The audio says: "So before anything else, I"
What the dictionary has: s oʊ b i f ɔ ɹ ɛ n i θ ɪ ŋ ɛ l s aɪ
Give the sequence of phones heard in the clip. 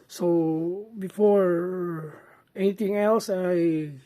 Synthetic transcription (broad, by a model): s oʊ b i f ɔ ɹ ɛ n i t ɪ ŋ ɛ l s aɪ